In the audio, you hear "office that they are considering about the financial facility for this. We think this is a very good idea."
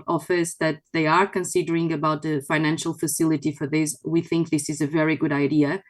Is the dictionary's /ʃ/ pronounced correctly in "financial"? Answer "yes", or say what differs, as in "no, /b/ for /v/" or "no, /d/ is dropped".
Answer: yes